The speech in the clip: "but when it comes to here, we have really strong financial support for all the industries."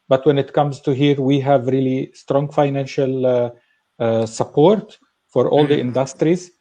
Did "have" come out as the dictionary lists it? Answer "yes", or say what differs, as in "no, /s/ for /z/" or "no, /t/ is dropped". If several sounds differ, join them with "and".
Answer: yes